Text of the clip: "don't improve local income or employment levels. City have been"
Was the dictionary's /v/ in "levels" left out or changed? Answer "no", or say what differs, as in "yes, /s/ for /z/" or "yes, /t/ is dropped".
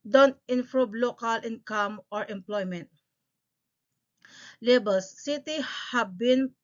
yes, /b/ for /v/